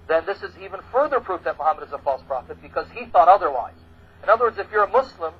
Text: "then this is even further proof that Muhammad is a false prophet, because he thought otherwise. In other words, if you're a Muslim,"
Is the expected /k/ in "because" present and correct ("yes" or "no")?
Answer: yes